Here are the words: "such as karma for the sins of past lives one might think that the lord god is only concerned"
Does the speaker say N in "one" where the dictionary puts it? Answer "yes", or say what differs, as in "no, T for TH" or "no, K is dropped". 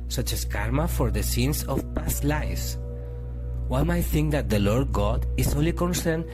no, L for N